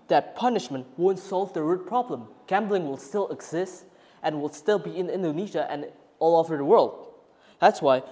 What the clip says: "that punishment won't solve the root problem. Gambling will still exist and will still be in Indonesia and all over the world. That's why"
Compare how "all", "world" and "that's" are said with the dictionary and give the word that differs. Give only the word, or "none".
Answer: none